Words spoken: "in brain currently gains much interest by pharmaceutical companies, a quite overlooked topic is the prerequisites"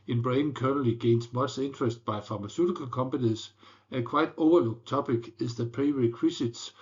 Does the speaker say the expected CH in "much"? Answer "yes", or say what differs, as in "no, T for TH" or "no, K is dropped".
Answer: no, S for CH